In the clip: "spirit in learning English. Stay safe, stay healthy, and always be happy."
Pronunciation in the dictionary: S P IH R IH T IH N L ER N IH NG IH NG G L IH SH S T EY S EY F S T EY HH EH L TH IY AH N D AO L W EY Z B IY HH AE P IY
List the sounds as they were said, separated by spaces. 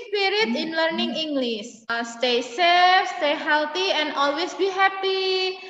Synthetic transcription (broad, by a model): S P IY R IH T IH N L ER N IH NG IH NG G L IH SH S T EY S EY F S T EY HH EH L T IY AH N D AO L W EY S B IY HH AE P IY